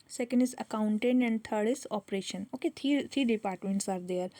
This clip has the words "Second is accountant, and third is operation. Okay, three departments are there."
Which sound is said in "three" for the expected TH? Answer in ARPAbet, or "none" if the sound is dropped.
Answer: T